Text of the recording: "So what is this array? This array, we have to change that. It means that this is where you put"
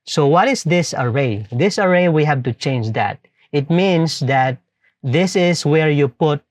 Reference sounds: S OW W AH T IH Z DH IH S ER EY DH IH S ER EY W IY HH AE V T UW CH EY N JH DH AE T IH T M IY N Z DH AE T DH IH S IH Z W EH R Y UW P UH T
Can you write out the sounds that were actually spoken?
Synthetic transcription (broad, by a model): S OW W AH T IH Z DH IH S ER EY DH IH S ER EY W IY HH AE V T UW CH EY N JH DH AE T IH T M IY N S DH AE T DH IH S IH S W EH R Y UW P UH T